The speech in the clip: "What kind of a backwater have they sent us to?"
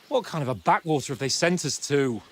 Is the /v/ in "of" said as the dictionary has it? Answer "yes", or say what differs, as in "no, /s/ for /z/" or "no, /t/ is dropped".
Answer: yes